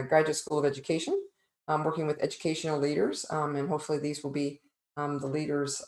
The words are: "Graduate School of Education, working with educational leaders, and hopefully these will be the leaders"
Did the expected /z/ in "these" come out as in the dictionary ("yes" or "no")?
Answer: yes